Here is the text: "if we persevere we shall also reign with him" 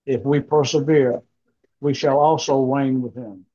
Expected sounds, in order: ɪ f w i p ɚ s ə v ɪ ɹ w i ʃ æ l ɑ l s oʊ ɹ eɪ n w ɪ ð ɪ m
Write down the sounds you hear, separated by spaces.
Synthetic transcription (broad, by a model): ɪ f w i p ɚ s ə v ɪ ɹ w i ʃ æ l ɑ l s oʊ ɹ eɪ n w ɪ ð ɪ m